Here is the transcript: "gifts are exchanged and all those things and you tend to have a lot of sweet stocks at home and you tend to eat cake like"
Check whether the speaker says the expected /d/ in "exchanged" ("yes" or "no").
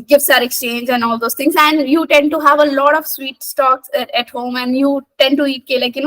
no